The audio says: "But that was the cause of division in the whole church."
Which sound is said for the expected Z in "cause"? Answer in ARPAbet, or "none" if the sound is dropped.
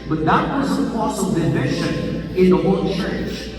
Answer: S